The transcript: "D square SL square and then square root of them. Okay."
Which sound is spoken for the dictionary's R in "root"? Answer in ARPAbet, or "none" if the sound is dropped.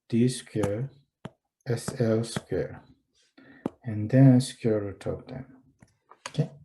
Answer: W